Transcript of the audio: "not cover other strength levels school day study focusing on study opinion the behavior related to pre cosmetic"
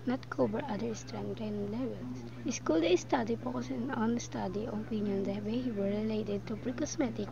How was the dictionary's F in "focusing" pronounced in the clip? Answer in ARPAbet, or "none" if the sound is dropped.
P